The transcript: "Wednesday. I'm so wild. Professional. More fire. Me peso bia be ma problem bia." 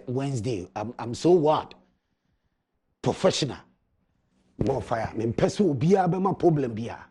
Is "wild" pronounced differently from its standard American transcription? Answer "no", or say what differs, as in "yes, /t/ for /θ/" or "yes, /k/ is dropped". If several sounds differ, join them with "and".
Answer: yes, /l/ is dropped